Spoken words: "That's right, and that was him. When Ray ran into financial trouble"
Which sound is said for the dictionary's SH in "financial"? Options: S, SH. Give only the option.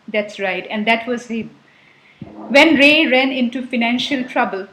SH